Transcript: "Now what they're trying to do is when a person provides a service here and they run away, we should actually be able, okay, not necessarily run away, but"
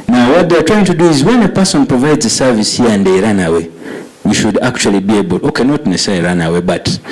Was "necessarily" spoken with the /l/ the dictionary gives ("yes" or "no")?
no